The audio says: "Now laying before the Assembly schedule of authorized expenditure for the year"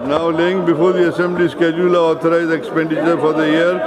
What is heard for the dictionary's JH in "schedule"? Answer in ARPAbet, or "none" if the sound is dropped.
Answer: JH